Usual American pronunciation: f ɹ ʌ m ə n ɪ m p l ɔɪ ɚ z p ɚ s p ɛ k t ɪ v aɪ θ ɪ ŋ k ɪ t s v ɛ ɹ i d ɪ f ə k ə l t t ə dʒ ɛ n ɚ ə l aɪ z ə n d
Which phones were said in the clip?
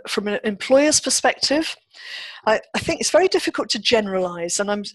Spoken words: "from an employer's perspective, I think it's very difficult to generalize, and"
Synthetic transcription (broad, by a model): f ɹ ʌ m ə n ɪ m p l ɔɪ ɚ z p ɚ s p ɛ k t ɪ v aɪ θ ɪ ŋ k ɪ t s v ɛ ɹ i d ɪ f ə k ə l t t ə dʒ ɛ n ɚ ə l aɪ z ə n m